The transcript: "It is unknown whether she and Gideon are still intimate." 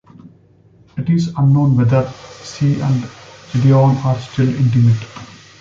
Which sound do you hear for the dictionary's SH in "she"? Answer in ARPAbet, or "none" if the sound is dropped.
S